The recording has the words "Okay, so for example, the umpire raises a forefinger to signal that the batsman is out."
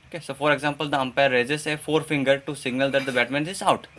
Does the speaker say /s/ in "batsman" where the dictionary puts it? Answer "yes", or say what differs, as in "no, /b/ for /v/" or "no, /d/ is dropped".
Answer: no, /s/ is dropped